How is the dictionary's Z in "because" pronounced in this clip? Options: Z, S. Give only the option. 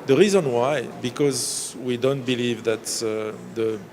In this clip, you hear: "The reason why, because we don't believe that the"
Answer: Z